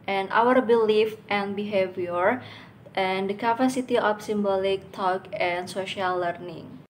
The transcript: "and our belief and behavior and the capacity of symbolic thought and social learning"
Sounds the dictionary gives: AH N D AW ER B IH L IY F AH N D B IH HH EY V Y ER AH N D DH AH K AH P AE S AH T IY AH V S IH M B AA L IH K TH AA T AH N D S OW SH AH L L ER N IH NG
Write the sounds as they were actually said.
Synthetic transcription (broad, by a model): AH N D AW ER B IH L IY F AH N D B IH HH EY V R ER AH N D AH K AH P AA S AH T IY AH F S IH M B AA L IH K T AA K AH N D S OW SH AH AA L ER N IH NG